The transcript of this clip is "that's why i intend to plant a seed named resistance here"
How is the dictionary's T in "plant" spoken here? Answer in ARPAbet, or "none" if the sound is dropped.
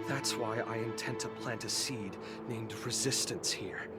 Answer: T